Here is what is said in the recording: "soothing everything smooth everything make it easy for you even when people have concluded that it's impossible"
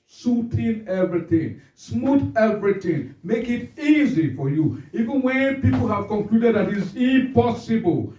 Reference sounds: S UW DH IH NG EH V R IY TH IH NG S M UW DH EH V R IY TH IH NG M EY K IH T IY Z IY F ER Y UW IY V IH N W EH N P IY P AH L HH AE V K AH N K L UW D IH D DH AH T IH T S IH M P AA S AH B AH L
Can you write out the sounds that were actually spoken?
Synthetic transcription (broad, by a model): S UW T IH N EH V R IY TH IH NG S M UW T EH V R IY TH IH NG M EY K IH T IY Z IY F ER Y UW IY V IH N W EH N P IY P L HH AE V K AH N K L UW D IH D DH AH T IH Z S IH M P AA S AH B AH L